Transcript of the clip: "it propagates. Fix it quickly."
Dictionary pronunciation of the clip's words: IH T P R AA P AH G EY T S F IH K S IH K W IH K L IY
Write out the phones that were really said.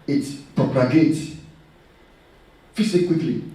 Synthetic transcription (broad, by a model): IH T P R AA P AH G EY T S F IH S IH K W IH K L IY